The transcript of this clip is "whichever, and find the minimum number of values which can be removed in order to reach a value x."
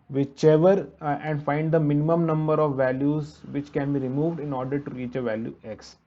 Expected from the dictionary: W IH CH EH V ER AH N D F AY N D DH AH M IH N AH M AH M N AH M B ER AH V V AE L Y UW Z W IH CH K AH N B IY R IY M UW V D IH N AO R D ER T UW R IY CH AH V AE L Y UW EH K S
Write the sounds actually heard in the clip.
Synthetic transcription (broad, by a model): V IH CH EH V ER AH N D F AY N D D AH M IH N AH M AH M N AH M B ER AH V V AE L Y UW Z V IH CH K AH N B IY R IY M UW V D IH N AO R D ER T UW R IY CH AH V AE L Y UW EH K S